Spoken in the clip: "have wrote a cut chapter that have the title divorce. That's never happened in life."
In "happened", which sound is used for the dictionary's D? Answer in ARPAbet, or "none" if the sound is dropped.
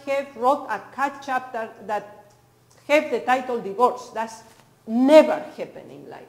none